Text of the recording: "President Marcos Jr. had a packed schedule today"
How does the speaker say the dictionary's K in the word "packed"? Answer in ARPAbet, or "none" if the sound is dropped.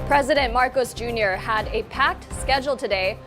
K